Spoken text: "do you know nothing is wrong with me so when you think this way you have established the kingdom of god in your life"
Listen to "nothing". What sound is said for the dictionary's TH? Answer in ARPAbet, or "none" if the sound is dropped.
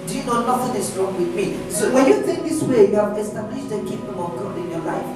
F